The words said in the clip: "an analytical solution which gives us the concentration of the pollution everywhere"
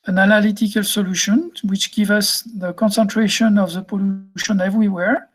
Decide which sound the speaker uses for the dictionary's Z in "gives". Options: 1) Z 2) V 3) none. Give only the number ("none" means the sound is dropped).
3